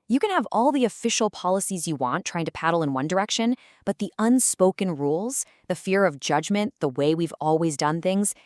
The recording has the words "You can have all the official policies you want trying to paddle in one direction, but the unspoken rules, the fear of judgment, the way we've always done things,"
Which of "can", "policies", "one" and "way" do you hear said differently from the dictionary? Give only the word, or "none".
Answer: none